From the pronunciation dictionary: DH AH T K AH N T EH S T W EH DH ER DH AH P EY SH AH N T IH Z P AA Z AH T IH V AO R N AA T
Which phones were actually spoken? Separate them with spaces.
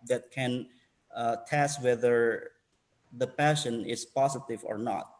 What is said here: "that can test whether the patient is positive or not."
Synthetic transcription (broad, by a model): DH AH T K AH N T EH S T W EH DH ER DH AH P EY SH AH N IH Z P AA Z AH T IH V AO R N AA T